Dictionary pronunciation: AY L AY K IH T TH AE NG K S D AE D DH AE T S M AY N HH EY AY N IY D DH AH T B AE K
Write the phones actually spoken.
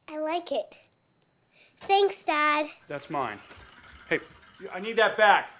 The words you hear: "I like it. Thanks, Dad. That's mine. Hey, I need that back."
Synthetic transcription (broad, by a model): AY L AY K IH T TH AE NG K S D AE D DH AE T S M AY N HH EY AY N IY D DH AH T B AE K